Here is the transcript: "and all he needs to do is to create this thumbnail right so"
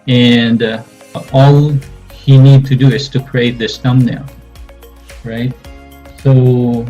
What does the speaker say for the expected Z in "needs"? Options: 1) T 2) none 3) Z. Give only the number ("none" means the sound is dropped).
2